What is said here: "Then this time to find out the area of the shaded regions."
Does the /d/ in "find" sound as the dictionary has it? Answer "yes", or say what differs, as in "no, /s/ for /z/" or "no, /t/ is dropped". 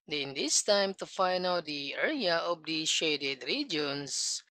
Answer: no, /d/ is dropped